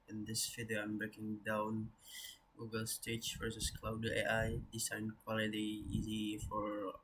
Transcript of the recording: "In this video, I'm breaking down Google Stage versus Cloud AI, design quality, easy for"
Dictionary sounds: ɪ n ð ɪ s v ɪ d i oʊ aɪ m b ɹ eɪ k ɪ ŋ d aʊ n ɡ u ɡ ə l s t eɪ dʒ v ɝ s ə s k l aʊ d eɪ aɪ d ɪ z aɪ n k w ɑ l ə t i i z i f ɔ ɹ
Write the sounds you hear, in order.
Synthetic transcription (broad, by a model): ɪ n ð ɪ s f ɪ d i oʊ aɪ m b ɹ eɪ k ɪ ŋ d aʊ n ɡ u ɡ ə l s t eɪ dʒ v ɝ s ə s k l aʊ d eɪ aɪ d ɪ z aɪ n k w ɑ l ə t i i z i f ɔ ɹ